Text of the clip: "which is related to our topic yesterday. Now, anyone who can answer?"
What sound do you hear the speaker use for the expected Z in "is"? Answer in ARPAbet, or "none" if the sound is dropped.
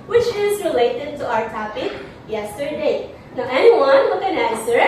Z